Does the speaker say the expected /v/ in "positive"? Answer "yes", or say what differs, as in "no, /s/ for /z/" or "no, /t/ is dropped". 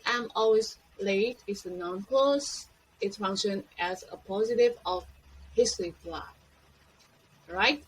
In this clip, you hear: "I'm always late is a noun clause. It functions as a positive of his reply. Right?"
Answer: yes